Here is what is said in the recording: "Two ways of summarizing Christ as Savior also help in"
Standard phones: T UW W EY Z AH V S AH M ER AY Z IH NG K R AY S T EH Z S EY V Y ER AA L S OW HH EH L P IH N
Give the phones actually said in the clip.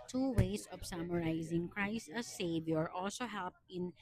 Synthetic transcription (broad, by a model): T UW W EY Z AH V S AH M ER AY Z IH NG K R AY S T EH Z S EY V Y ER AA L S OW HH EH L P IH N